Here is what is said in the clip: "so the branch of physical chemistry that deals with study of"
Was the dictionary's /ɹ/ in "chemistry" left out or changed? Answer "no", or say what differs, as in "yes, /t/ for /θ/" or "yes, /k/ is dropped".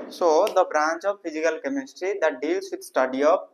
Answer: no